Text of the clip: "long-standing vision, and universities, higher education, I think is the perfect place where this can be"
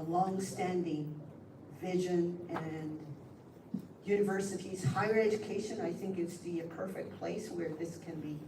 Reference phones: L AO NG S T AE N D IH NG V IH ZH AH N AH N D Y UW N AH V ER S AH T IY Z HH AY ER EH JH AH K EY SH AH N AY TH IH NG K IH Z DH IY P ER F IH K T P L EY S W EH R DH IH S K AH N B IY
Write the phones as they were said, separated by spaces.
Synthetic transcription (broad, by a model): L AO NG S T AE N D IH NG V IH ZH AH N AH N Y UW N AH V ER S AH T IY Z HH AY ER EH JH AH K EY SH AH N AY TH IH NG K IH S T IY P ER F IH K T P L EY S W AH R DH IH S K AH N B IY